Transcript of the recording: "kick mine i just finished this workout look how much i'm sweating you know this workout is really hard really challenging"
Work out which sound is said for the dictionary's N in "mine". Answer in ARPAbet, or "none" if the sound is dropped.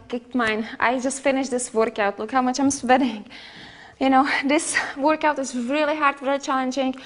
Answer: N